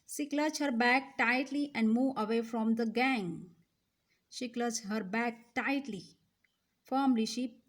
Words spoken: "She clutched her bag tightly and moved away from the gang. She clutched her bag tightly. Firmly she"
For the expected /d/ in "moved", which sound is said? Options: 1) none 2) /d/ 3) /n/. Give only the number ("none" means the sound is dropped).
1